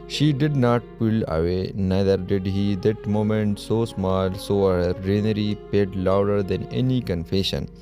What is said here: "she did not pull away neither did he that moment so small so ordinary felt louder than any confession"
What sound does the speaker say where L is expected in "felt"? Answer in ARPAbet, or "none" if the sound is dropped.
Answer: none